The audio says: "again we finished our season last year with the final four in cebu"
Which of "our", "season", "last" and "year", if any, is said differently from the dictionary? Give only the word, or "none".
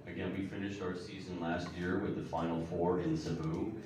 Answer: none